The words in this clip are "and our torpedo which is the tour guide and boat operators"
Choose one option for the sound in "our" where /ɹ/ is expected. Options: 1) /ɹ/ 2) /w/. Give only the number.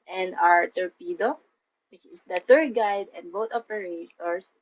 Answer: 1